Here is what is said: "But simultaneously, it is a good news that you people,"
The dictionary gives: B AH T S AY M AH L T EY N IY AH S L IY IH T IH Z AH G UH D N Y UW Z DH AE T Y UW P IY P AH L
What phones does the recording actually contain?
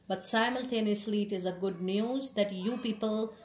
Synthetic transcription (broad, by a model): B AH T S AY M AH L T EY N IY AH S L IY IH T IH Z AH G UH D N Y UW Z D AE T Y UW P IY P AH L